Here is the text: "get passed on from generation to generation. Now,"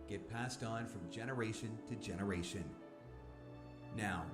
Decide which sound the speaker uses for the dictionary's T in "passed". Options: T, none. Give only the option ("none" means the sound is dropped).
T